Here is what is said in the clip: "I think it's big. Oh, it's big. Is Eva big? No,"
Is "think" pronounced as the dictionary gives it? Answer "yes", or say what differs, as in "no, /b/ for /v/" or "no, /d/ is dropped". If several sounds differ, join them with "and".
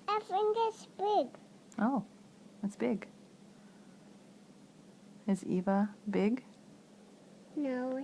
no, /f/ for /θ/